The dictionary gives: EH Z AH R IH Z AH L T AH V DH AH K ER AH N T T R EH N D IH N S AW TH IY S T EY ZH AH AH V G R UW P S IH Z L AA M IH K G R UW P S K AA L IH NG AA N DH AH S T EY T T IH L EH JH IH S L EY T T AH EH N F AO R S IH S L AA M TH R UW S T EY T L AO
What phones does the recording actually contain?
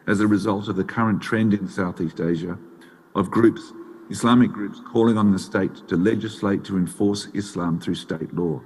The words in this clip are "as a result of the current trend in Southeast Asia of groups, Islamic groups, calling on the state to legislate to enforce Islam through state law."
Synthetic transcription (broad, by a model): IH Z AH R IH Z AH L T AH V DH AH K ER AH N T T R EH N D IH N S AW TH IY S T EY ZH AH AH V G R UW P S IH S L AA M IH K G R UW P S K AA L IH NG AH N DH AH S T EY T T IH L EH JH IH S L EY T T AH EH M F AO R S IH S L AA M TH R UW S T EY T L AO